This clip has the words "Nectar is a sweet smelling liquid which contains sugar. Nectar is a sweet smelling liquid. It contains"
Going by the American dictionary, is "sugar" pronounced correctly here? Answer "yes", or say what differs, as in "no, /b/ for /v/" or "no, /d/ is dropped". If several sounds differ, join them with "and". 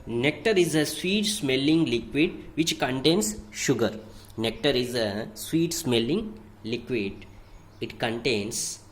yes